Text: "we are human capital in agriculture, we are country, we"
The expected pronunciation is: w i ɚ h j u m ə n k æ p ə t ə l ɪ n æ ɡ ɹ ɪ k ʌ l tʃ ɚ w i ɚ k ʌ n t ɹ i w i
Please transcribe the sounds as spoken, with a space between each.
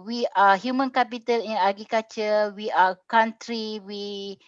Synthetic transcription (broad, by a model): w i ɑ h j u m ə n k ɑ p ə t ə l ɪ n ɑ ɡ ɪ k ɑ tʃ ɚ w i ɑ k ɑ n t ɹ i w i